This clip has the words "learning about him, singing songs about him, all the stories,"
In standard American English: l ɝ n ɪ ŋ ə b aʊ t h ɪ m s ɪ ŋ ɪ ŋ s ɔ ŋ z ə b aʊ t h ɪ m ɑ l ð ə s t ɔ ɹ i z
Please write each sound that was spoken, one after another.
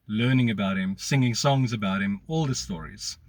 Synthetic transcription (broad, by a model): l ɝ n ɪ ŋ ə b aʊ t h ɪ m s ɪ ŋ ɪ ŋ s ɔ ŋ z ə b aʊ t h ɪ m ɑ l ð ə s t ɔ ɹ i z